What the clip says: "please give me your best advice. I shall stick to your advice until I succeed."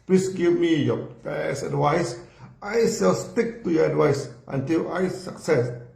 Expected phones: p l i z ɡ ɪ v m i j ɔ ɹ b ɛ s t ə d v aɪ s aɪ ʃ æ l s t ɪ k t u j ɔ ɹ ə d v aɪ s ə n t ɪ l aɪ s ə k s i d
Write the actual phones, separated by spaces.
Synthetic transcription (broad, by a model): p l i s ɡ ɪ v m i j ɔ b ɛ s ə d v aɪ s aɪ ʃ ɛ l s t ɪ k t u j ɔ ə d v aɪ s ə n t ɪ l aɪ s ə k s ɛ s